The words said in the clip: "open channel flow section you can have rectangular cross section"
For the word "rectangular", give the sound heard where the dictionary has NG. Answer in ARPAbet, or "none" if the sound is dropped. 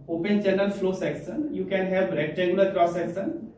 none